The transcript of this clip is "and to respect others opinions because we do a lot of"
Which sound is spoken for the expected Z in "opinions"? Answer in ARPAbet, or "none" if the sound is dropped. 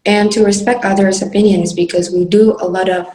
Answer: Z